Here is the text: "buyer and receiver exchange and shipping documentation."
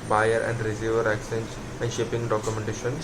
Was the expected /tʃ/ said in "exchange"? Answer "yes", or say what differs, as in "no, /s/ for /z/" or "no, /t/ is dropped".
no, /tʃ/ is dropped